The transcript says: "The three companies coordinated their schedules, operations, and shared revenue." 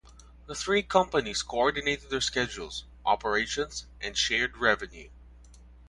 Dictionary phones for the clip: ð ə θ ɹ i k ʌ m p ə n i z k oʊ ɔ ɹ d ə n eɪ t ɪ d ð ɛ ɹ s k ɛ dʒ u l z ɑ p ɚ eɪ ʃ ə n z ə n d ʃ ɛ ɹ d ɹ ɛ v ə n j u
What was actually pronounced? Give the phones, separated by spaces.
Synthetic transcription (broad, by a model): ð ə θ ɹ i k ʌ m p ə n i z k oʊ ɔ ɹ d ə n eɪ t ɪ d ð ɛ ɹ s k ɛ dʒ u l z ɑ p ɚ eɪ ʃ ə n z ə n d ʃ ɛ ɹ d ɹ ɛ v ə n j u